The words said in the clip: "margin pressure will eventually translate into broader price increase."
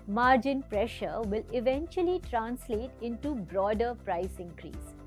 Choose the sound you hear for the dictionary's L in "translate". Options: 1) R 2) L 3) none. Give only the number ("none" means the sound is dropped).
2